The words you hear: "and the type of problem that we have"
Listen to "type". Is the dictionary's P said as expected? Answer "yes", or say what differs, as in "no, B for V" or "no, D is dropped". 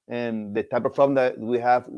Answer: yes